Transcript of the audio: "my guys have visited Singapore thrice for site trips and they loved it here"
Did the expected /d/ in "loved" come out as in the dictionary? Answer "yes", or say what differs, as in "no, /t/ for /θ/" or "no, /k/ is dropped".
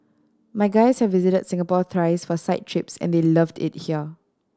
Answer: yes